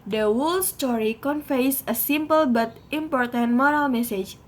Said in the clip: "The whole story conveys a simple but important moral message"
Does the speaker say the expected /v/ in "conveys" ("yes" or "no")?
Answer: no